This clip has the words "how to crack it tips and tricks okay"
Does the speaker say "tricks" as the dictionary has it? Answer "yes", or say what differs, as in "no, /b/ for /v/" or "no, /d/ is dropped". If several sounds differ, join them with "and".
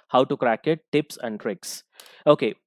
yes